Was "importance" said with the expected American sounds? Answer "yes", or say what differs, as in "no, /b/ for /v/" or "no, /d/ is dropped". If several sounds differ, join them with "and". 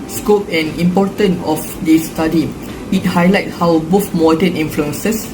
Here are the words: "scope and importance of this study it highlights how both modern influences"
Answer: no, /s/ is dropped